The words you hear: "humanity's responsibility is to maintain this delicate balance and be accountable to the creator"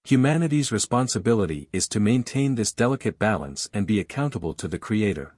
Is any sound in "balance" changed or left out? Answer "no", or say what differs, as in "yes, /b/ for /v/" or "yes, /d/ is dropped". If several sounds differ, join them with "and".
no